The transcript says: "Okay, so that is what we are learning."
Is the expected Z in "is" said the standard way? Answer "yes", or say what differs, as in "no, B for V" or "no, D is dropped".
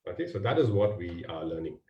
yes